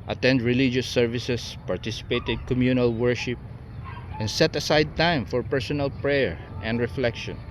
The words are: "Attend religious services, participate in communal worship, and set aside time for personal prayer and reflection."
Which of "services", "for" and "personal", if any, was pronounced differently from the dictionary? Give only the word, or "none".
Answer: services